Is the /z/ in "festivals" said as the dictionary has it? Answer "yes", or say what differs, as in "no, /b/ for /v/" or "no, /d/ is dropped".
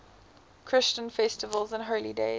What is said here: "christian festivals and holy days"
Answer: yes